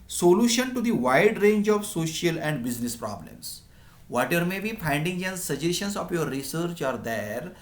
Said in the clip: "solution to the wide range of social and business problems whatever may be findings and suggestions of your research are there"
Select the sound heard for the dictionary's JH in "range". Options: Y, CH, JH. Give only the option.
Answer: JH